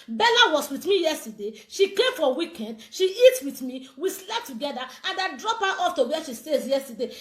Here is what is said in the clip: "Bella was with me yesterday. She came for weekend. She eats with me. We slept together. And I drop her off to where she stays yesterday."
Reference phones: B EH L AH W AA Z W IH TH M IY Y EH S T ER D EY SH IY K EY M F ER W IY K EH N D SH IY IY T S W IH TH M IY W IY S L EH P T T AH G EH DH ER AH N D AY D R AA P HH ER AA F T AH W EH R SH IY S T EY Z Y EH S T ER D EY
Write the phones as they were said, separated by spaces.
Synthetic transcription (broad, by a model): B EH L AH W AA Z W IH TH M IY Y EH S T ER D EY SH IY K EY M F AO W IY K EH N D SH IY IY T W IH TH M IY W IY S L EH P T T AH G EH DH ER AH N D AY D R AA P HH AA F T AH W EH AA SH IY S T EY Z Y EH S T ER D EY